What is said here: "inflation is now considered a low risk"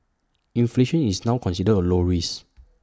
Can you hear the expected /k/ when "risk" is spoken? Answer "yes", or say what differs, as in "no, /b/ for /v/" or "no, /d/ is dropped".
no, /k/ is dropped